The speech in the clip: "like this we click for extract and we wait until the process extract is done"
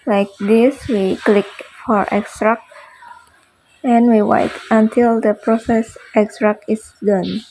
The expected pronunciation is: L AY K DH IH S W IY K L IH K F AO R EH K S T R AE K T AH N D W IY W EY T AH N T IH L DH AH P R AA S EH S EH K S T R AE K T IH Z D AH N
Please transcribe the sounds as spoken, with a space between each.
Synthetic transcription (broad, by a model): L AY K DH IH S W IY K L IH K F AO R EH K S T R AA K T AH N W IY W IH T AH N T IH L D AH P R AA S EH S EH K S T R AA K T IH S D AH N